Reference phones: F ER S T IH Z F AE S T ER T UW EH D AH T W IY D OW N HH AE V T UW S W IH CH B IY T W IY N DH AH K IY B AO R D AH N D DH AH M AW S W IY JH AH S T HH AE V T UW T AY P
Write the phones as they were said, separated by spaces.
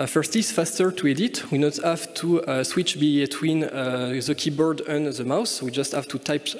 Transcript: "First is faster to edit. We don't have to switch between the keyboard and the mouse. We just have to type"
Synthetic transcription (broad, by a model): F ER S T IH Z F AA S T ER T UW EH D AH T W IY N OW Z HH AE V T UW S W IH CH B IY T W IY N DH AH K IY B AO R D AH N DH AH M AW S W IY JH AH S T HH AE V T UW T AY P